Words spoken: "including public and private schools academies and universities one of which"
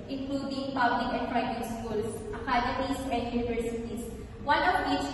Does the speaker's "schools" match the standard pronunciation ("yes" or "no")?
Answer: no